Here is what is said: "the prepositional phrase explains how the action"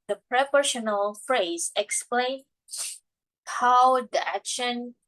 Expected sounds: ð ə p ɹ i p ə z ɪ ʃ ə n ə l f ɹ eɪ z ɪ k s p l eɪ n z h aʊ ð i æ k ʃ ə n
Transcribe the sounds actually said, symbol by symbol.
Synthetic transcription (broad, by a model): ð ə p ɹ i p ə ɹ ʃ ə n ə l f ɹ eɪ z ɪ k s p l eɪ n h aʊ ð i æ k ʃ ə n